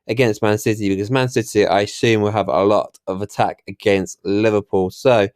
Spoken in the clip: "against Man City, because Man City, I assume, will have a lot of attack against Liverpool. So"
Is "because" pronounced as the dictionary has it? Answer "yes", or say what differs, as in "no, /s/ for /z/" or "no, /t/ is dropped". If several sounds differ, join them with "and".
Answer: yes